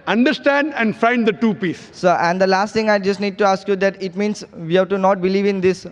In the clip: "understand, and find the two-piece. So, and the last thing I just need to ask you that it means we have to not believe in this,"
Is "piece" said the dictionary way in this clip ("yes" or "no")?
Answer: yes